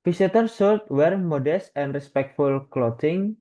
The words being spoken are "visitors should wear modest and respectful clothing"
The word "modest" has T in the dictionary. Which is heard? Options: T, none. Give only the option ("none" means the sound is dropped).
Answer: T